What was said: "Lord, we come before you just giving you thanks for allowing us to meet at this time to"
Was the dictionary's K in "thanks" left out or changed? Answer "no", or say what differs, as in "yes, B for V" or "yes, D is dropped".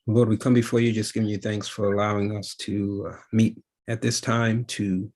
no